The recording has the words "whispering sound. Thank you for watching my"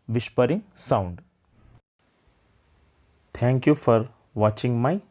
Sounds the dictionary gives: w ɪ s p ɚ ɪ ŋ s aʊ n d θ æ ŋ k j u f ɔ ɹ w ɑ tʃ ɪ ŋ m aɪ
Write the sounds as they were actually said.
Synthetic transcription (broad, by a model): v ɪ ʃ p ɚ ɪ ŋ s aʊ n d t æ ŋ k j u f ɔ ɹ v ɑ tʃ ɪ ŋ m aɪ